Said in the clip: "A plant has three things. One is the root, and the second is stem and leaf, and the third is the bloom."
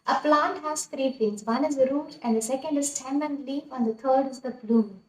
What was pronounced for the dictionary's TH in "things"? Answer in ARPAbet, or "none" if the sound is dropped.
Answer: F